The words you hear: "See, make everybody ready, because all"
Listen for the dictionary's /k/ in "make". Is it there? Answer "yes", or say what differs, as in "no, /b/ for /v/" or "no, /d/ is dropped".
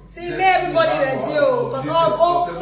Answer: no, /k/ is dropped